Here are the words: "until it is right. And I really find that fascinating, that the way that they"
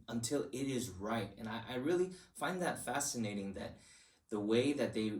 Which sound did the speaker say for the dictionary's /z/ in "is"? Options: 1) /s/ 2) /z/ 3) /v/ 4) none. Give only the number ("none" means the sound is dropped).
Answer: 2